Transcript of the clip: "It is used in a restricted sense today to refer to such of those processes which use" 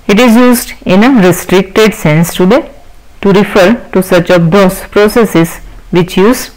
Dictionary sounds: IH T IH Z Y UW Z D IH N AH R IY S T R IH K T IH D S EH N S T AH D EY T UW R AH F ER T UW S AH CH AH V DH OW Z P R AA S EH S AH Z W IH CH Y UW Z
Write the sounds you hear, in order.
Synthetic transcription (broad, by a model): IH T IH Z Y UW Z D IH N AH R IY S T R IH K T IH D S EH N S T AH D EY T UW R AH F ER T UW S AH CH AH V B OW S P R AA S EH S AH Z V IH CH Y UW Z